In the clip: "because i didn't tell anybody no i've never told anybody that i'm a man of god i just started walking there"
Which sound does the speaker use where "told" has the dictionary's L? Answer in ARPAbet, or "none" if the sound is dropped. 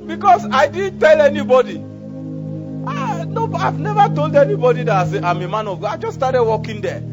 L